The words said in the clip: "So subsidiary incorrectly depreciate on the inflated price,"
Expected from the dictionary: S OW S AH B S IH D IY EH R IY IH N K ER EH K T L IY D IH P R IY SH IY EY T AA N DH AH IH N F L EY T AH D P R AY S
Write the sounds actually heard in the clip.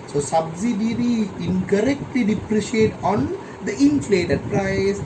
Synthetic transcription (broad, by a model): S OW S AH B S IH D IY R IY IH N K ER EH K T L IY D IH P R IY SH IY EY T AA N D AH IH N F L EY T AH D P R AY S